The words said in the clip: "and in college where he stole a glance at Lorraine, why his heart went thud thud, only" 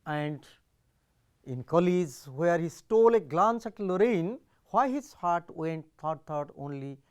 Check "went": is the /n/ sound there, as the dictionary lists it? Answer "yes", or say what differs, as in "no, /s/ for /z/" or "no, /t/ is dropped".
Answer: yes